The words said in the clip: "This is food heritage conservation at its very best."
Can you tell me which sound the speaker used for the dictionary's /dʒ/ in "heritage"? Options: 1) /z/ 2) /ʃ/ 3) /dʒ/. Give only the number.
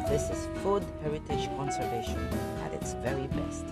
2